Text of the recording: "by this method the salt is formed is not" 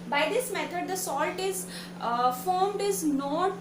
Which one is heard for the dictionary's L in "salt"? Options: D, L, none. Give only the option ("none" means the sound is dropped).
L